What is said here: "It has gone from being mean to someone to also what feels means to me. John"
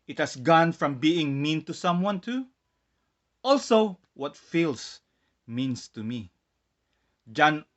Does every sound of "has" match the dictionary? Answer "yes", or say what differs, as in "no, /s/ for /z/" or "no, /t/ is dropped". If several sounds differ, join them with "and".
no, /s/ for /z/